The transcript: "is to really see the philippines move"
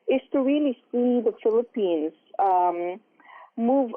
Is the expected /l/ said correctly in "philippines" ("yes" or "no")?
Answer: yes